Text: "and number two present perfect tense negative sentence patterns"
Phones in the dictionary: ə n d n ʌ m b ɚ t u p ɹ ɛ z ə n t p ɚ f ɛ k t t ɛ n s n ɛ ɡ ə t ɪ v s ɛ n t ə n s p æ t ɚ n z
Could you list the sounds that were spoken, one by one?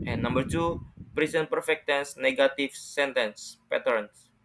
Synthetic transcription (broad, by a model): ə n n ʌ m b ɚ t u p ɹ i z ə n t p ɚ f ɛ k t t ɛ n s n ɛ ɡ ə t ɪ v s ɛ n t ə n s p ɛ t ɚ n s